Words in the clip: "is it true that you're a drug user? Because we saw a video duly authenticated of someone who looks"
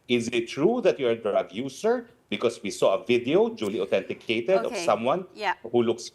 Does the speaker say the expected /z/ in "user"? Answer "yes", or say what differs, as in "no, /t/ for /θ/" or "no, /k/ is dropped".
no, /s/ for /z/